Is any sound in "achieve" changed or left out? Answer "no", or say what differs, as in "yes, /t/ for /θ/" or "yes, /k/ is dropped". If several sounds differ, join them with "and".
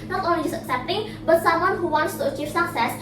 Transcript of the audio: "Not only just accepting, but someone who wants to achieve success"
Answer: yes, /f/ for /v/